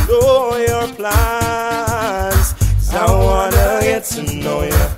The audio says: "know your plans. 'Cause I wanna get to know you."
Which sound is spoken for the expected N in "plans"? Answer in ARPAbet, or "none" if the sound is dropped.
none